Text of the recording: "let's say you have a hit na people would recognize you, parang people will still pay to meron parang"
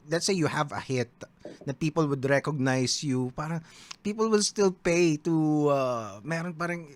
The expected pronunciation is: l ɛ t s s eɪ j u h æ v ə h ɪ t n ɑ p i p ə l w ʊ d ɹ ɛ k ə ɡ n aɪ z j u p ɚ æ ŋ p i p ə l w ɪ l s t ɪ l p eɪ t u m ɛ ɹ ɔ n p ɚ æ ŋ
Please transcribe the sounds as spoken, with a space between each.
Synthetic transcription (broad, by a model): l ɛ t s s eɪ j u h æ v ə h ɪ t n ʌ p i p ə l w ʊ d ɹ ɛ k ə ɡ n aɪ s j u p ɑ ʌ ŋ p i p ə l w ɪ l s t ɪ l p eɪ t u m ɛ ɹ ɔ n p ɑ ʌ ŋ